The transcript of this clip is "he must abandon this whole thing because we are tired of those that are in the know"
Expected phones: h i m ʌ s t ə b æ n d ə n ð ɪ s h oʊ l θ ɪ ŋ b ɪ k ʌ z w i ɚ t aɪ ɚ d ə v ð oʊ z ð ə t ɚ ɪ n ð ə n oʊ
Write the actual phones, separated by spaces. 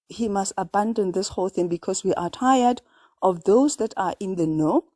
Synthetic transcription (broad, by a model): h i m ʌ s t ə b æ n d ə n ð ɪ s h oʊ l θ ɪ ŋ b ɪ k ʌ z w i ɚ t aɪ ɚ d ə v ð oʊ z ð ə t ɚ ɪ n ð ə n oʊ